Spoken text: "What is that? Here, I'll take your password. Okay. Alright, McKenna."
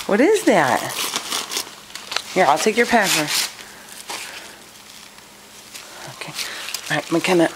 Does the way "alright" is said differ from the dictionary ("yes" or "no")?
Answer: yes